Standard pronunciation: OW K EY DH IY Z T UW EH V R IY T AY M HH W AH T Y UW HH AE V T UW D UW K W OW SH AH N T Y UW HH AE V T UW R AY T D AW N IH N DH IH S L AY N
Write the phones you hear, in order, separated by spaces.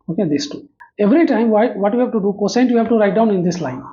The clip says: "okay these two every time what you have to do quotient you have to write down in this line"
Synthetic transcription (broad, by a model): OW K EY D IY S T UW EH V R IY T AY M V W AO T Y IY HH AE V T UW D UW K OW S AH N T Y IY HH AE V T UW R AY T D AW N IH N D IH S L AY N